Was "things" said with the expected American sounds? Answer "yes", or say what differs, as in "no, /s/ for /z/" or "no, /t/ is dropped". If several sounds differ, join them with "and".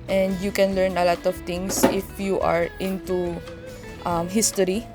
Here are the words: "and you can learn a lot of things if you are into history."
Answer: no, /t/ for /θ/ and /s/ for /z/